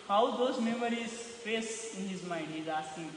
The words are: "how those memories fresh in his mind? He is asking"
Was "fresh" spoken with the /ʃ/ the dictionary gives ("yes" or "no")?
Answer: no